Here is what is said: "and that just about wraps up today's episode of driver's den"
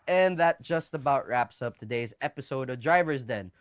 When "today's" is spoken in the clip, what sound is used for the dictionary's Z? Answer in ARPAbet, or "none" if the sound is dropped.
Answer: Z